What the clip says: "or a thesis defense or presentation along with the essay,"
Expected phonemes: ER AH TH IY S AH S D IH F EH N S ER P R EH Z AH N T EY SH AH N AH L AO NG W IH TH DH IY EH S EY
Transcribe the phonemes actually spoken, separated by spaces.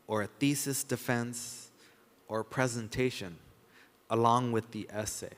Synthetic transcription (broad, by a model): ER AH TH IY S AH S D IH F EH N S ER P R EH Z AH N T EY SH AH N AH L AO NG W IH DH IY EH S EY